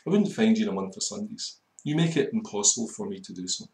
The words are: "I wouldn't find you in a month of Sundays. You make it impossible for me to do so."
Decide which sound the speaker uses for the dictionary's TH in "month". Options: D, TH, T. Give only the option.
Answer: TH